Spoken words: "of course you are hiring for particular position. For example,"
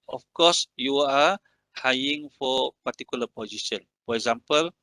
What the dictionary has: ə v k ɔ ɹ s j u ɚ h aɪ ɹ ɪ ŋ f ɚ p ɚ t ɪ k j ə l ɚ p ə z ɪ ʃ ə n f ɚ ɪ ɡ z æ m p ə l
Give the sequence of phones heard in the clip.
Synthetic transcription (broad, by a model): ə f k ɔ s j u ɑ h aɪ ɪ ŋ f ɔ p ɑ t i k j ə l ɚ p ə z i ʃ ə n f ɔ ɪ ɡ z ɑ m p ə l